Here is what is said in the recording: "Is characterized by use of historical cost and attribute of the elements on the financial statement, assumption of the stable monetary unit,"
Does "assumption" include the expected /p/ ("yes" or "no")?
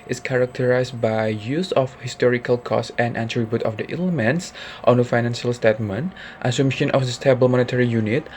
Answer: no